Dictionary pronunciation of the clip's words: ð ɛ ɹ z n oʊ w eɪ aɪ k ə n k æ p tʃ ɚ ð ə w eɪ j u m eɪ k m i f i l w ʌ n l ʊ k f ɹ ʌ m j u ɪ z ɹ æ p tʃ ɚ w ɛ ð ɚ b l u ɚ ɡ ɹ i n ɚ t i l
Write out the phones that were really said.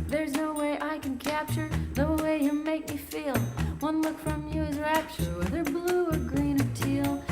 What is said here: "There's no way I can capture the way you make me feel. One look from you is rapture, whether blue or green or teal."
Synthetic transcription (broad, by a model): ð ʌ ɹ z n oʊ w eɪ aɪ k ə n k æ p tʃ ɚ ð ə w eɪ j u m eɪ k m i f i l w ʌ n l ʊ k f ɹ ʌ m j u ɪ z ɹ æ p tʃ ɚ w ɛ ð ɚ b l u ɚ ɡ ɹ i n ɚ t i l